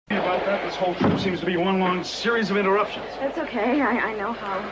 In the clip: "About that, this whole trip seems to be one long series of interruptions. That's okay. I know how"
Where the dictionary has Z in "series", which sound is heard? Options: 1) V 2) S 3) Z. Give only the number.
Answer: 3